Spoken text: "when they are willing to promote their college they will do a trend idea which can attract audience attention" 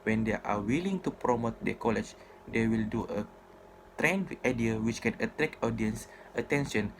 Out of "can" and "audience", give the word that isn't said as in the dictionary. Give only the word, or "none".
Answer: none